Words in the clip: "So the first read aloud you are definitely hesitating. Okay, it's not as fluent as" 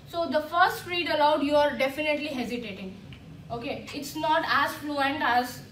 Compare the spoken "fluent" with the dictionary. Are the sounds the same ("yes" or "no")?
yes